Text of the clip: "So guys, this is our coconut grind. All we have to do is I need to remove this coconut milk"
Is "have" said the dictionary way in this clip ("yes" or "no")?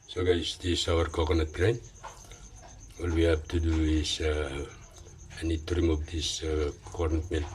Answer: no